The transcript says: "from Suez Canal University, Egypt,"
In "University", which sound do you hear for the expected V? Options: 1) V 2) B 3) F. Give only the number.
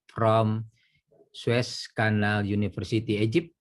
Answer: 3